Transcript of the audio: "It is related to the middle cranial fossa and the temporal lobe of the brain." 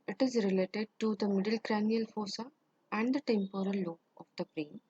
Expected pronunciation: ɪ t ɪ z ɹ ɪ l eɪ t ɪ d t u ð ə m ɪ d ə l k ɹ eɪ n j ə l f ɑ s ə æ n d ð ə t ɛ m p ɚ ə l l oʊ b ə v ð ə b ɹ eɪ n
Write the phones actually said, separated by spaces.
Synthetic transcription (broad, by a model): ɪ t ɪ z ɹ ɪ l eɪ t ɪ d t u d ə m ɪ d ə l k ɹ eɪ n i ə l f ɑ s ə æ n d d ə t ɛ m p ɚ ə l l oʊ ə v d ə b ɹ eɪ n